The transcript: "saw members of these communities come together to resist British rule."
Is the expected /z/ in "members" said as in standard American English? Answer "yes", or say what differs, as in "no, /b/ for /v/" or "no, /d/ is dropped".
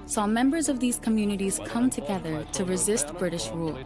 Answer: yes